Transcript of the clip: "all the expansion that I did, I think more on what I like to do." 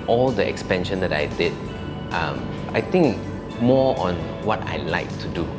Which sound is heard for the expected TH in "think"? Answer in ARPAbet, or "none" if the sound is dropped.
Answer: T